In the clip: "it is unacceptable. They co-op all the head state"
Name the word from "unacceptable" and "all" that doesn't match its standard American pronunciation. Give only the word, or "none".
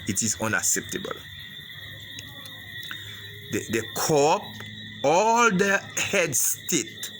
none